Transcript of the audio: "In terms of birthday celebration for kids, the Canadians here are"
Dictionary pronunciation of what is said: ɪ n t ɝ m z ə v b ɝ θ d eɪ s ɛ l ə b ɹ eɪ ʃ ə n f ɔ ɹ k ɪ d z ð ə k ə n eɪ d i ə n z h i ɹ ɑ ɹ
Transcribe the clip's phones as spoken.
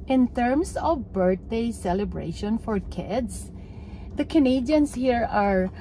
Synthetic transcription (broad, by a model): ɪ n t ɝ m s ə v b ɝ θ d eɪ s ɛ l ə b ɹ eɪ ʃ ə n f ɔ ɹ k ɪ d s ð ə k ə n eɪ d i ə n s h i ɹ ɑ ɹ